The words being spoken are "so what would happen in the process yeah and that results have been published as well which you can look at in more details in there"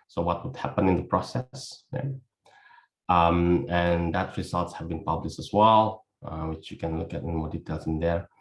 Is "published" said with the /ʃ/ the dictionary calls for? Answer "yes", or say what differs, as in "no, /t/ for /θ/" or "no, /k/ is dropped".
yes